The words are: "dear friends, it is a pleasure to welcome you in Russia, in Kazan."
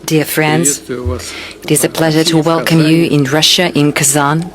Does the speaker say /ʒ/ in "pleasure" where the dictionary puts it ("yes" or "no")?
yes